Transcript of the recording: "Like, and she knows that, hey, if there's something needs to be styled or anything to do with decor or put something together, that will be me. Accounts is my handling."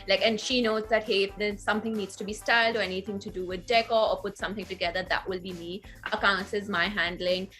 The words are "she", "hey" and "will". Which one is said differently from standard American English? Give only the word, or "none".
none